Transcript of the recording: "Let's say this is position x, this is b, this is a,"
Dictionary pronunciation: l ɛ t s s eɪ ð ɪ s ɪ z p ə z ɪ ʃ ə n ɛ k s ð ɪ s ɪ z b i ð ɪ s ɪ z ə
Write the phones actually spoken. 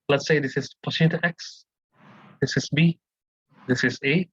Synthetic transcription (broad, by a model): l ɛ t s s eɪ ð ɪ s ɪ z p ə s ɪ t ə ɛ k s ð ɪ s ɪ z b i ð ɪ s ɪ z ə